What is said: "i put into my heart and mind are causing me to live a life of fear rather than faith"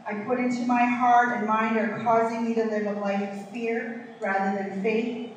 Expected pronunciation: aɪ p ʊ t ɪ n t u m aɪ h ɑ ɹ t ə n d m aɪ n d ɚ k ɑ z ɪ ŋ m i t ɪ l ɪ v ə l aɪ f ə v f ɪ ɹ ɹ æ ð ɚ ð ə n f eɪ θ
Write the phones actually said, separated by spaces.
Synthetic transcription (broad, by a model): aɪ p ʊ t ɪ n t u m aɪ h ɑ ɹ t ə n m aɪ n d ɚ k ɑ z ɪ ŋ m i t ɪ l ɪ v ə l aɪ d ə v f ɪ ɹ ɹ æ ð ɚ ð ə n f eɪ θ